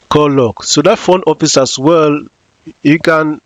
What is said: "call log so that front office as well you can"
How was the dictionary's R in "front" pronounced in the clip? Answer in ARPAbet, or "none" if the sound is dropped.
none